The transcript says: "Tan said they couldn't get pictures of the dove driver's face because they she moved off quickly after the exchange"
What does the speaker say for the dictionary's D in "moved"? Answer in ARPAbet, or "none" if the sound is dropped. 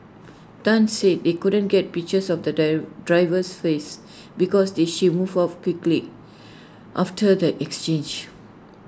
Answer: none